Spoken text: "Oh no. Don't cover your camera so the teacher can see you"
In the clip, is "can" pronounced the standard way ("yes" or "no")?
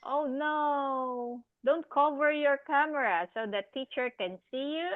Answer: yes